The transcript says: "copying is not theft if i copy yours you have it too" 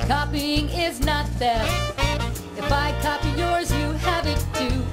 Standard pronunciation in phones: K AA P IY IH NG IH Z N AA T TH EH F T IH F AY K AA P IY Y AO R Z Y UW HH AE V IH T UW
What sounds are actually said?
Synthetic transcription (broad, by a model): K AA P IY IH NG IH Z N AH T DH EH IH F AY K AA P IY Y AO R Z Y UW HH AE V IH T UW